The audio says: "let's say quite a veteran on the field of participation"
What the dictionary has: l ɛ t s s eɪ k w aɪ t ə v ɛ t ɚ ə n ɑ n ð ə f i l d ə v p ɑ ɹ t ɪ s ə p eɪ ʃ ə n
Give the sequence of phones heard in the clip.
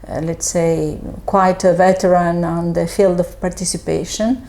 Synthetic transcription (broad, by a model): l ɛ t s s eɪ k w aɪ t ə v ɛ t ɚ ə n ɑ n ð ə f i l d ə v p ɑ ɹ t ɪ s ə p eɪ ʃ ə n